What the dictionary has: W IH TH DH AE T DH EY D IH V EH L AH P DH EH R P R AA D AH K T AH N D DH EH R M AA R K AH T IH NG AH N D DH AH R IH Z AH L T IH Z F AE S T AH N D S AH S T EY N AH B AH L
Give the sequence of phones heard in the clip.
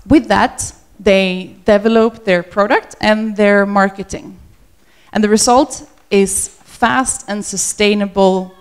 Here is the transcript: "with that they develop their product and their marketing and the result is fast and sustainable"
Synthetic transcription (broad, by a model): W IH DH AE T DH EY D IH V EH L AH P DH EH R P R AA D AH K T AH N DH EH R M AA R K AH T IH NG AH N DH AH R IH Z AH L T IH Z F AE S T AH N S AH S T EY N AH B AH L